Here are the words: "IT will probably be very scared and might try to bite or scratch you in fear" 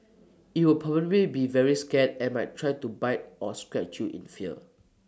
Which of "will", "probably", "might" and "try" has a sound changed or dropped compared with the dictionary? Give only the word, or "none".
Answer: probably